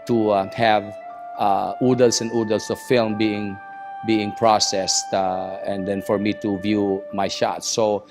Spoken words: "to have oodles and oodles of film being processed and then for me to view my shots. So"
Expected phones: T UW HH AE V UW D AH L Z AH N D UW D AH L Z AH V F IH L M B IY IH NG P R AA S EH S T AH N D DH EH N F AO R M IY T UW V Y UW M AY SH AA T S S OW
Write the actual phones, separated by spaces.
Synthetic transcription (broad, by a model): T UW HH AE V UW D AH L S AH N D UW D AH L S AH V F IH L M B IY IH NG P R AA S EH S T AH N D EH N F AO R M IY T UW V Y UW M AY SH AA T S S OW